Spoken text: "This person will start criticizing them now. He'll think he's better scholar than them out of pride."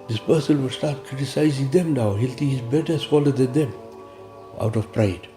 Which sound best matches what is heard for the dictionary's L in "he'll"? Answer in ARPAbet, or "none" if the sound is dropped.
L